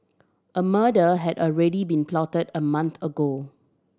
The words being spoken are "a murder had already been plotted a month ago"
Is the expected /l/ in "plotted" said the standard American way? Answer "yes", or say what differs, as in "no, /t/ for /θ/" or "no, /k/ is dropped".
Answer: yes